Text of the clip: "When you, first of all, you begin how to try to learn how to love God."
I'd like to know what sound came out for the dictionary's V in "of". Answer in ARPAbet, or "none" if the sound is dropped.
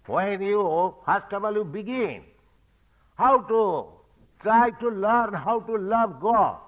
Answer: B